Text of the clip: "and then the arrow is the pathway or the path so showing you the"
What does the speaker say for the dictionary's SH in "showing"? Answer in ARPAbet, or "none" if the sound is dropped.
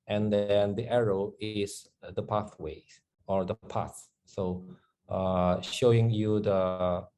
SH